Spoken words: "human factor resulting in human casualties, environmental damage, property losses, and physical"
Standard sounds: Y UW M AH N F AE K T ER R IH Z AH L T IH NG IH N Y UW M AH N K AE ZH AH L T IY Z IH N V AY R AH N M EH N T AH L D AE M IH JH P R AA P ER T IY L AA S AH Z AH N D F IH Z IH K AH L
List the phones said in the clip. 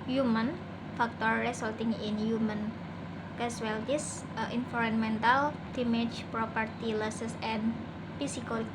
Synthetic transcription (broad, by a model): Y UW M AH N F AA K T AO R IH S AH L T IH NG IH N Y UW M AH N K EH S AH L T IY S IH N F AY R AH N M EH N T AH L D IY M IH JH P R AA P ER T IY L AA S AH S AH N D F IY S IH K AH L